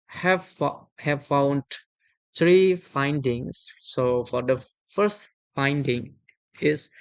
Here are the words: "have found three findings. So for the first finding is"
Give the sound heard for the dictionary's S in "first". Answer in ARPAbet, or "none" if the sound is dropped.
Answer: S